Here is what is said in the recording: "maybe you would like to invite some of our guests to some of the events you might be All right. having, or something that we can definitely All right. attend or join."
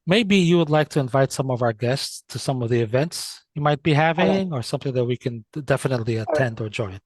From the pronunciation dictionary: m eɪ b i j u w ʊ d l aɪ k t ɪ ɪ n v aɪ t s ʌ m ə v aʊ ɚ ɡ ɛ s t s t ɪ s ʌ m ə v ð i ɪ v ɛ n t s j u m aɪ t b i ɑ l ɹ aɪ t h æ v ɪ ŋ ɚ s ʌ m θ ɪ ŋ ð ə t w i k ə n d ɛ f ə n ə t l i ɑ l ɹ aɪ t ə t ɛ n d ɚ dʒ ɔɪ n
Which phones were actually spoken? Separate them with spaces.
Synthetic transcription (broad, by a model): m eɪ b i j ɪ w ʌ d l aɪ k t ɪ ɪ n v aɪ t s ʌ m ə v aʊ ɚ ɡ ɛ s t s t ɪ s ʌ m ə v ð i ɪ v ɛ n t s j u m aɪ t b i h æ v ɪ ŋ ɚ s ʌ m θ ɪ ŋ ð ə t w i k ə n d ɛ f ə n ə t l i ə t ɛ n d ɚ dʒ ɔɪ n